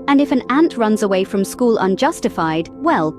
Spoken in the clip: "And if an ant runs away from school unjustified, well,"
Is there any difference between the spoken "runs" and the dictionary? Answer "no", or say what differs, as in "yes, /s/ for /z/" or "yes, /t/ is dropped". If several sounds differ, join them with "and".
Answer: no